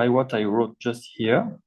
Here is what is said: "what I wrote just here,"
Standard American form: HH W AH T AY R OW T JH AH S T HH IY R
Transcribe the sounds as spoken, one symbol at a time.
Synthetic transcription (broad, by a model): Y W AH T AY R OW T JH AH S T HH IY R